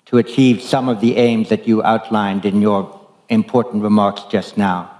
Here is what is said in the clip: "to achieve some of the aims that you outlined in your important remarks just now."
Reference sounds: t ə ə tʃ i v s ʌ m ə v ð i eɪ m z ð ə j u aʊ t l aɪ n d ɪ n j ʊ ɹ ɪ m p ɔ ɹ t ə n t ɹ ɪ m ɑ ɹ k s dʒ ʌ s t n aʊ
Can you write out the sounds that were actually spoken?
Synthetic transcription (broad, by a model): t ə ə tʃ i v s ʌ m ə v ð i eɪ m z ð ə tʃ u aʊ t l aɪ n d ɪ n j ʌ ɹ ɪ m p ɔ ɹ t n t ɹ ɪ m ɑ ɹ k s dʒ ʌ s t n aʊ